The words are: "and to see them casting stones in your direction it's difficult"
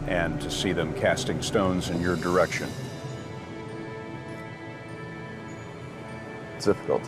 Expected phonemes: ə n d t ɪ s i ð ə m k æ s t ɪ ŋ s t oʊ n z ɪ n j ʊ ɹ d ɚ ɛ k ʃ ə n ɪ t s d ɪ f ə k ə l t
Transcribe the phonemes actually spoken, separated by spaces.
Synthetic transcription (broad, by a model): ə n t ɪ s i ð ə m k æ s t ɪ ŋ s t oʊ n z ɪ n j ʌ ɹ d ɚ ɛ k ʃ ə n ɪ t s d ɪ f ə k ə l t